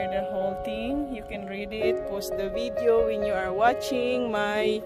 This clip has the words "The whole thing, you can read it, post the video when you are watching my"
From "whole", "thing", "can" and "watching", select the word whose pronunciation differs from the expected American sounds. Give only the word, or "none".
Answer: thing